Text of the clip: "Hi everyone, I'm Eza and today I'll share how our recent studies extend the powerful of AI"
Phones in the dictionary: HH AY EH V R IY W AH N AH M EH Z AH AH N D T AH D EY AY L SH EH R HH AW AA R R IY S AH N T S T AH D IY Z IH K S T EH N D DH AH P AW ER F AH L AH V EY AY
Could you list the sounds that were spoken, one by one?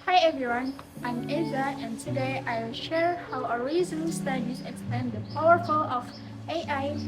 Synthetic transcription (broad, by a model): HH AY EH V R IY W AH N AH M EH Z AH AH N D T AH D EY AY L SH EH R HH AW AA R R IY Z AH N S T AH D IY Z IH K S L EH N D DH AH P AW ER F AH L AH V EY AY